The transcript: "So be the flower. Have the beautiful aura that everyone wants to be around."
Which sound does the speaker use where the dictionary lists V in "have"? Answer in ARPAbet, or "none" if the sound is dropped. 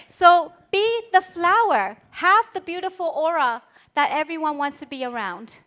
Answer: V